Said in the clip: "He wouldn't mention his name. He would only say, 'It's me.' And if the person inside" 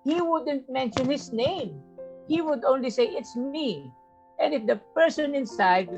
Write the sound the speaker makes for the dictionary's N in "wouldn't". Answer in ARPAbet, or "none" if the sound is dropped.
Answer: N